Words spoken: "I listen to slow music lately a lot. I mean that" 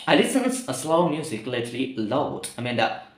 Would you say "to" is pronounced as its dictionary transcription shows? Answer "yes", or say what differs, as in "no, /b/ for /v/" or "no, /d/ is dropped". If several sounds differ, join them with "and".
no, /s/ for /t/